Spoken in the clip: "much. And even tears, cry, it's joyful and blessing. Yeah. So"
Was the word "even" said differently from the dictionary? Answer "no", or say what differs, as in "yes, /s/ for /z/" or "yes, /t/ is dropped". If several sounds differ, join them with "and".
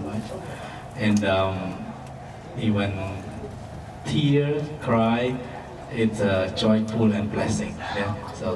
yes, /w/ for /v/